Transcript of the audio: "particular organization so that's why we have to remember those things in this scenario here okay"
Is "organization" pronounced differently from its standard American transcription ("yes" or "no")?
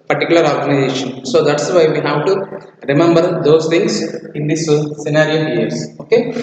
no